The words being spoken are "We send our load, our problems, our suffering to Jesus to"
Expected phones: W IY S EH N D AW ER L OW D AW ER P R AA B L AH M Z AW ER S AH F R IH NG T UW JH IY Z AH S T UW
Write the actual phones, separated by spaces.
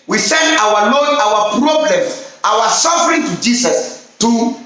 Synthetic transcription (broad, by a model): W IY S EH N D AW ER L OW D AW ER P R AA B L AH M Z AW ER S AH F R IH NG T UW JH IY S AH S T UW